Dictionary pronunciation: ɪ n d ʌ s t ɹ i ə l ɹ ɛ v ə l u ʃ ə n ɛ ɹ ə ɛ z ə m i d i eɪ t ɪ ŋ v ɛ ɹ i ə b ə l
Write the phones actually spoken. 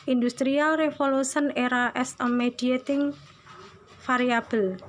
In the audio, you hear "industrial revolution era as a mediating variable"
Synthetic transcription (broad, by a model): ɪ n d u s t ɹ i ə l ɹ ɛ f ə l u s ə n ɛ ɹ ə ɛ s ə m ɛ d i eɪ t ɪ ŋ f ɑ ɹ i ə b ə l